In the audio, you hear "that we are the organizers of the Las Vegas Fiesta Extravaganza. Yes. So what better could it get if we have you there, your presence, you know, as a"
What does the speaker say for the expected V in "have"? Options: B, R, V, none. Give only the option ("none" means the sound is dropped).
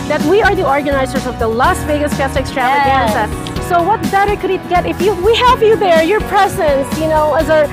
V